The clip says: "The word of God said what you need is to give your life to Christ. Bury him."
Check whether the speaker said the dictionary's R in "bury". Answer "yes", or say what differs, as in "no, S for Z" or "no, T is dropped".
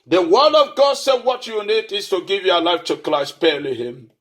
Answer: no, L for R